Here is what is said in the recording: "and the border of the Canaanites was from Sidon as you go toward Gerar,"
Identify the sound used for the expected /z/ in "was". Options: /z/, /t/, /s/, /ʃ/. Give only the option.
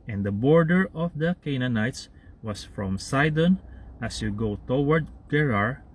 /s/